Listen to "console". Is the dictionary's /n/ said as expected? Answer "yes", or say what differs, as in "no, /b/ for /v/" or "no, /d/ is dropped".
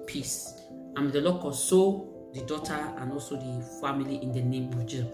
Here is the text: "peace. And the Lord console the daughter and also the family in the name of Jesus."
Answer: no, /n/ is dropped